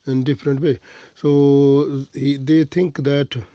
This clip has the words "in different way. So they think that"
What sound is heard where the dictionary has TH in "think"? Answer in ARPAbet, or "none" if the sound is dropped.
T